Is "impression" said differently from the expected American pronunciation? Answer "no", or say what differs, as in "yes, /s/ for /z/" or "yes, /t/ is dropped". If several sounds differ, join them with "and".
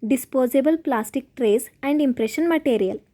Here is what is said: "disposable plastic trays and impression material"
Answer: no